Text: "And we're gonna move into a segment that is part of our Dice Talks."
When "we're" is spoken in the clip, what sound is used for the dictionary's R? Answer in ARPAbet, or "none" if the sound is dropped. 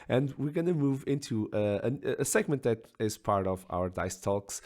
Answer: R